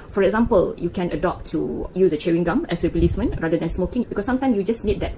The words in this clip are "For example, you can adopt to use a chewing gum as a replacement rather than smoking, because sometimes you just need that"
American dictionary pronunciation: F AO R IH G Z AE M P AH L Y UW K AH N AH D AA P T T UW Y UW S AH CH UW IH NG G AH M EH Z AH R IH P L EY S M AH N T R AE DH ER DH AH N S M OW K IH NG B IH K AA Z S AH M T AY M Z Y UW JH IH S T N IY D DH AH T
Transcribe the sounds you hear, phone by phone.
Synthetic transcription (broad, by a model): F AO R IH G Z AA M P AH L Y UW K AH N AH D AA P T T UW Y UW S AH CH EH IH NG G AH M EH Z AH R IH L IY S M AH N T R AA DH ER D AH N S M OW K IH NG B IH K AA S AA M T AY M S Y UW JH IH S N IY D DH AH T